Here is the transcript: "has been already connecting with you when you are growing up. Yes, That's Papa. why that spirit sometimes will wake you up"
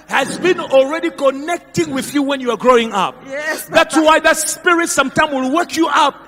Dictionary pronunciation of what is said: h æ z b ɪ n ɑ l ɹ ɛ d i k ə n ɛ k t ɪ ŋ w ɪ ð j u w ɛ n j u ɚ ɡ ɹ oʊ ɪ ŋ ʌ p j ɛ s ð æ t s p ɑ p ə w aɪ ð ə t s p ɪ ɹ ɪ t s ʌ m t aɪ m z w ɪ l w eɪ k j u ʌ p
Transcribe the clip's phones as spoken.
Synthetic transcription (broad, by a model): h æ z b ɪ n ɑ l ɹ ɛ d i k ə n ɛ k t ɪ ŋ w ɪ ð j u w ɛ n j u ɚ ɡ ɹ oʊ ɪ ŋ ʌ p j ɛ ð æ t s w ɑ ə ð ə t s p ɪ ɹ ɪ t s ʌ m t aɪ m w ɪ l w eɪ k j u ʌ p